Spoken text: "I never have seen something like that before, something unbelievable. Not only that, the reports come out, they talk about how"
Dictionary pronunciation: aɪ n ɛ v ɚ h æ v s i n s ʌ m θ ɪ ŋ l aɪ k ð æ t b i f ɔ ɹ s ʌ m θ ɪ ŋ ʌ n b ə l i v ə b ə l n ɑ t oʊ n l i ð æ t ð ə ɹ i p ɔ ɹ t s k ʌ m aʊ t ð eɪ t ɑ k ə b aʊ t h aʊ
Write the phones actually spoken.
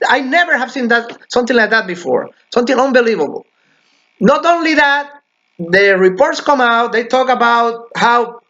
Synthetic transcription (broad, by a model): aɪ n ɛ v ɚ h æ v s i n s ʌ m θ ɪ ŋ l aɪ k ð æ t b i f ɔ ɹ s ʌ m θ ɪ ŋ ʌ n b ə l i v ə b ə l n ɑ t oʊ n l i ð æ t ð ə ɹ i p ɔ ɹ t s k ʌ m aʊ t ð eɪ t ɑ k ə b aʊ t h aʊ